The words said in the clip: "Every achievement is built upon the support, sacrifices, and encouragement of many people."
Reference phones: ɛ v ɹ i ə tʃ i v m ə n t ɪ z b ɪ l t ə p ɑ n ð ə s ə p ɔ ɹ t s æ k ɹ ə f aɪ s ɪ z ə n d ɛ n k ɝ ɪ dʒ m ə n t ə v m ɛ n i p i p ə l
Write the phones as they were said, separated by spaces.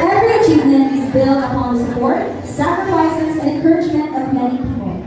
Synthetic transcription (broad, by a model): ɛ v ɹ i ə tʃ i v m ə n ɪ z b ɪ l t ə p ɑ n ð ə s ə p ɔ ɹ t s æ k ɹ ə f aɪ s ɪ z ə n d ɛ n k ɝ ɪ dʒ m ə n t ə v m ɛ n i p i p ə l